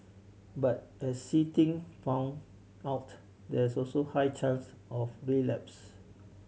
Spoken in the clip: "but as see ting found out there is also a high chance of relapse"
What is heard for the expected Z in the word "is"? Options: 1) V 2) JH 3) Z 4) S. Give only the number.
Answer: 4